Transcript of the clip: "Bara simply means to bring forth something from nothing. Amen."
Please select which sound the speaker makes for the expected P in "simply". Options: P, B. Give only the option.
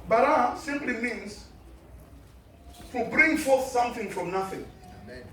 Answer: P